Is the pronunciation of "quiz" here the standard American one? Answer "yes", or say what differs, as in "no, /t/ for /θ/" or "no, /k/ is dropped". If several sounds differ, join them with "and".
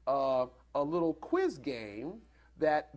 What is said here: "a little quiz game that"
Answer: yes